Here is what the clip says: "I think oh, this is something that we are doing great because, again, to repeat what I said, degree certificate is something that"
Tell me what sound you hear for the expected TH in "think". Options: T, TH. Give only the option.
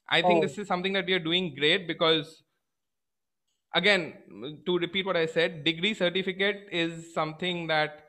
T